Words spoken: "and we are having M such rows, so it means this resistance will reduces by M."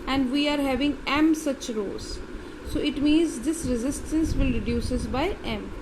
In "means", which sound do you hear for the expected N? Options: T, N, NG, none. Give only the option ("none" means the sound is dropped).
N